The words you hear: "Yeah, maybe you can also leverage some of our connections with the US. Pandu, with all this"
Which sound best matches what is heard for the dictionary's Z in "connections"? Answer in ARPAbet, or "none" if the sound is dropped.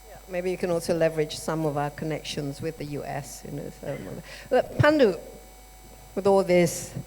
Z